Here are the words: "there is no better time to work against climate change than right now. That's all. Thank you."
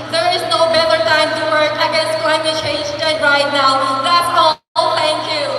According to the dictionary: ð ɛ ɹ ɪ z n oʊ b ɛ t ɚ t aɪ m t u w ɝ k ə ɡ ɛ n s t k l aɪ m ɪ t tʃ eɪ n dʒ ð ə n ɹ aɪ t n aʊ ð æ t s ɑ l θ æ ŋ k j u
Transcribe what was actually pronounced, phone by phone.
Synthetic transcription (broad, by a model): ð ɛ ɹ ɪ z n oʊ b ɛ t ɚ t aɪ m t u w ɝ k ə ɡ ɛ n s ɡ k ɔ ɪ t tʃ eɪ n dʒ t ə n ɹ aɪ t n aʊ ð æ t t ɑ l t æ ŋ k j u